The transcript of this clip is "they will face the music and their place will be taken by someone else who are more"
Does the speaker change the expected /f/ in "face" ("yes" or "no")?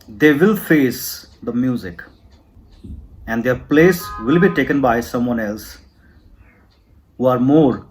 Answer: no